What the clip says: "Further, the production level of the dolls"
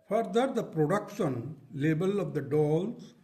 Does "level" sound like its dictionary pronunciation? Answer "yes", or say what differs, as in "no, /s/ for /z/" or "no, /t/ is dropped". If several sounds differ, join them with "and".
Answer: no, /b/ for /v/